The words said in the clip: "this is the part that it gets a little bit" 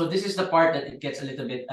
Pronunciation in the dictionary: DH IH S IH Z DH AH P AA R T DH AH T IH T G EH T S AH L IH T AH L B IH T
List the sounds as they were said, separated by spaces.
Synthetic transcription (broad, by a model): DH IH S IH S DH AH P AA R T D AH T IH T G EH T S AH L IH T AH L B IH T